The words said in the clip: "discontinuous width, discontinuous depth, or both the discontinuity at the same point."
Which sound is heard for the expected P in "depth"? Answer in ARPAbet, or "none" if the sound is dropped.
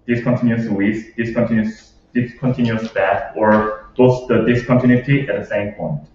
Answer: none